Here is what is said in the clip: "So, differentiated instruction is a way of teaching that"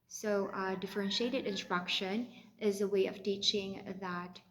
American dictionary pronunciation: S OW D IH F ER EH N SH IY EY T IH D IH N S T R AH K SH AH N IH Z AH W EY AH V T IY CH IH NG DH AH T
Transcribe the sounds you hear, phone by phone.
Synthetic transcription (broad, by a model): S OW D IH F ER EH N SH IY EY T IH D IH N S T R AH K SH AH N IH Z AH W EY AH V T IY CH IH NG DH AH T